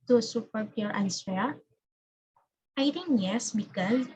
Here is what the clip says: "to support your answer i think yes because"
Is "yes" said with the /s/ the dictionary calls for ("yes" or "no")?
yes